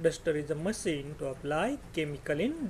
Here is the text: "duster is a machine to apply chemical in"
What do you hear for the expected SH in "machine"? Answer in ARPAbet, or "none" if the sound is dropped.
S